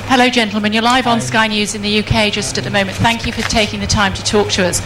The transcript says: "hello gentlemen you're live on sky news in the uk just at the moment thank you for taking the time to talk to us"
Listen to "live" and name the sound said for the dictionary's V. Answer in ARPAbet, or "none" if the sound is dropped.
V